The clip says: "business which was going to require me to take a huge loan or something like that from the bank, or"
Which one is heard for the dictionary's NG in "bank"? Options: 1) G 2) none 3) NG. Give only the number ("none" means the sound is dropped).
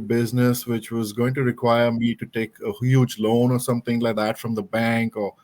3